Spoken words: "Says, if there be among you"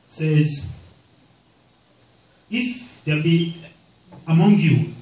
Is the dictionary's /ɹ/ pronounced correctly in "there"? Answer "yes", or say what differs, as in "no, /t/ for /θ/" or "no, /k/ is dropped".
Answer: no, /l/ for /ɹ/